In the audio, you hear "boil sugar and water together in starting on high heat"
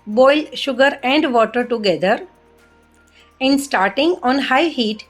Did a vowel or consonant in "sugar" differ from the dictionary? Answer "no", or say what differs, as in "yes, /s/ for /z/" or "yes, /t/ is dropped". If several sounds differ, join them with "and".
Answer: no